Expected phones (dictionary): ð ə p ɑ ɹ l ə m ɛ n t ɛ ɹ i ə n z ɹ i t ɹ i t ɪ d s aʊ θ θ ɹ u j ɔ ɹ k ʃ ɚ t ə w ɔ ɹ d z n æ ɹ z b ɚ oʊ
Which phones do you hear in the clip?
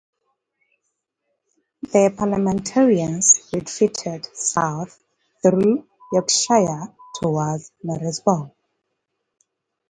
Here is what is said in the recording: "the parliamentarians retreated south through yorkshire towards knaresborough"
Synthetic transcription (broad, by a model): ð ə p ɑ l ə m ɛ n t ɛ ɹ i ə n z ɹ i t ɹ i t ɪ d s aʊ θ θ ɹ u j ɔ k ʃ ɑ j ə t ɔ w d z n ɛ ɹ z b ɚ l